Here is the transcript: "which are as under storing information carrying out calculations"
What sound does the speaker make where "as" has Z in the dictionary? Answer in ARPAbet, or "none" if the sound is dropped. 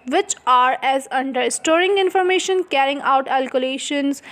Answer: Z